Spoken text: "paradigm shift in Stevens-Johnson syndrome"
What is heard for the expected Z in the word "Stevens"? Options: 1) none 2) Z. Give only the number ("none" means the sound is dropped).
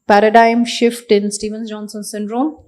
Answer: 1